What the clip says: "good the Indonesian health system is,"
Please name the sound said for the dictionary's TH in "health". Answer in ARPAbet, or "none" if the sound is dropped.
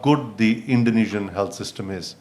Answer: T